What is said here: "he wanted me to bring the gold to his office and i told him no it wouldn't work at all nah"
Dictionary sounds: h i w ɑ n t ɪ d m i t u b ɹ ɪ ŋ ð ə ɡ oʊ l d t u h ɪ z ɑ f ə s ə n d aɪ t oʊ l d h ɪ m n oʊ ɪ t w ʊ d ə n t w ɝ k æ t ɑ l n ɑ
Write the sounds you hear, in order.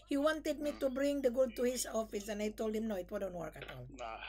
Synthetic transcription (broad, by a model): h i w ɑ n t ɪ d m i t u b ɹ ɪ ŋ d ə ɡ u d t u h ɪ s ɑ f ə s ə n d aɪ t oʊ l d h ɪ m n oʊ ɪ t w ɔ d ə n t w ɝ k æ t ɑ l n